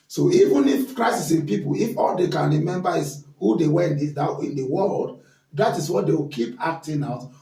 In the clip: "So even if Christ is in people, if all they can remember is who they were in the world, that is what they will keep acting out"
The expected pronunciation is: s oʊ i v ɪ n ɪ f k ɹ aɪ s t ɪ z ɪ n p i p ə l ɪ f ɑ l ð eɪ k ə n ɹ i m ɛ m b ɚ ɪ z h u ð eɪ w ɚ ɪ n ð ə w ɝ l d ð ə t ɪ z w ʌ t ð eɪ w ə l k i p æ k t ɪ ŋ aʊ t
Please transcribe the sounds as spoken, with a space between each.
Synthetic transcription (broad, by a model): s oʊ i v ɪ n ɪ f k ɹ aɪ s ɪ s ɪ n p i p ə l ɪ f ɑ l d eɪ k ə n ɹ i m ɛ m b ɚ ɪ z h u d eɪ w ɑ ɪ n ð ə w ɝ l d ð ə t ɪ s w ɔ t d eɪ w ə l k i p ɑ k t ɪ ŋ aʊ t